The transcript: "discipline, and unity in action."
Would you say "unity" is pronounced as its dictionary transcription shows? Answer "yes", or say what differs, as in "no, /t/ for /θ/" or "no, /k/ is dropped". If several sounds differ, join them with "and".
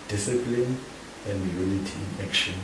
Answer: no, /l/ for /n/